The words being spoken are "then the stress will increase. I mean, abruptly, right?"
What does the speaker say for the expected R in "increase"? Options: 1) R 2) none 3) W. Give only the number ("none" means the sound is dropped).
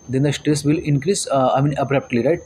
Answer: 1